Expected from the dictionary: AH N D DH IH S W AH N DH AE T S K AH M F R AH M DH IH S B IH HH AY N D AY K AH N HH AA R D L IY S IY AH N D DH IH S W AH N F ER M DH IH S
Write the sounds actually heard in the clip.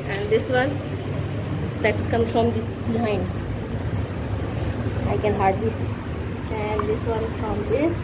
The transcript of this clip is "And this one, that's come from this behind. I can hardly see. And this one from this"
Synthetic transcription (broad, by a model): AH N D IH S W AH N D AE T S K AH M F R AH M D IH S B IH HH AY N D AY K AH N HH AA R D IY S AH N D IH S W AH N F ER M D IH S